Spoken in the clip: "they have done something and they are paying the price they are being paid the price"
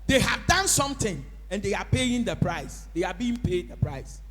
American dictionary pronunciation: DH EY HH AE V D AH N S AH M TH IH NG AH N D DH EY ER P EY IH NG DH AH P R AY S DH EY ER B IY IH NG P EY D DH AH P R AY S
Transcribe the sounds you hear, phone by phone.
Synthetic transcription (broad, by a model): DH EY HH AE V D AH N S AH M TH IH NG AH N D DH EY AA P EY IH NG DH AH P R AY S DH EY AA B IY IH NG P EY D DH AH P R AY S